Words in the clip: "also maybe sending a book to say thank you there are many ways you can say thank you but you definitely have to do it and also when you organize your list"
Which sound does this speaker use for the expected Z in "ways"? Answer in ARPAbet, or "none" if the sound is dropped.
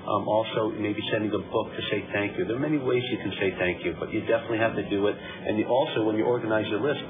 Z